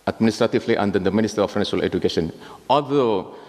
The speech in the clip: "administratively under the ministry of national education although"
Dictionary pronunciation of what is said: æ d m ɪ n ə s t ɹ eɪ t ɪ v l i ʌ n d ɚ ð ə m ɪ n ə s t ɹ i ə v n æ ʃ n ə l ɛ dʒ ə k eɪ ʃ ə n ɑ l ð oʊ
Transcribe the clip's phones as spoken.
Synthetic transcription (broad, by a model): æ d m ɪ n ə s t ɹ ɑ t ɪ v l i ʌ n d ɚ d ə m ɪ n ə s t i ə f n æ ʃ ə l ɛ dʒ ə k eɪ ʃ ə n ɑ l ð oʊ